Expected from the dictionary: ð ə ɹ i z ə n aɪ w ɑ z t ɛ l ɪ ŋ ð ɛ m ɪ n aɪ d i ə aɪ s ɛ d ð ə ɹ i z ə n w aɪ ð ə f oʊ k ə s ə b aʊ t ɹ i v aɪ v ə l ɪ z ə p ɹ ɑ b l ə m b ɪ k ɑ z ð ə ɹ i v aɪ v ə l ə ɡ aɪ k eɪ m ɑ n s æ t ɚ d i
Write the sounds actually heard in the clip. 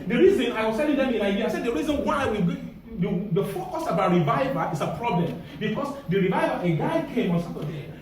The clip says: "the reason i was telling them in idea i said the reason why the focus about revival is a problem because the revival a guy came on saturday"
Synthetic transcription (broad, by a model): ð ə ɹ i z ə n aɪ w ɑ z t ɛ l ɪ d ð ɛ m ɪ n aɪ d i ə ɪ s ɛ d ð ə ɹ i z ə n w aɪ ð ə f oʊ k ə s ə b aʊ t ɹ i v aɪ v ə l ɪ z ə p ɹ ɑ b l ə m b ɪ k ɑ s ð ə ɹ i v aɪ v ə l ə ɡ aɪ k eɪ m ɑ n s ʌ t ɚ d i